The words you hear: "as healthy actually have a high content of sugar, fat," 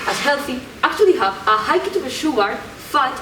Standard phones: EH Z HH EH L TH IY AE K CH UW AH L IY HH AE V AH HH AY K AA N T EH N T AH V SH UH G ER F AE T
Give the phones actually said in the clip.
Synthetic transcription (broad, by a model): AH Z HH EH L TH IY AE K CH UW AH L IY HH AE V AH HH AY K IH T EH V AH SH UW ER F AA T